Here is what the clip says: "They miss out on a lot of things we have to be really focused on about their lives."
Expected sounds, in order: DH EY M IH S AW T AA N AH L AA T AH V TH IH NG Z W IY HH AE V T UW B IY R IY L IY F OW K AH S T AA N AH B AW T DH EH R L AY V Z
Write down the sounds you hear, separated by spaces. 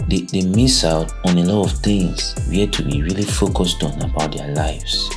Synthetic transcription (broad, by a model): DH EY M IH S AW T AA N AH L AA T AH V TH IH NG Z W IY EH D T UW B IY R IY L IY F OW K AH S T AA N AH B AW T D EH L AY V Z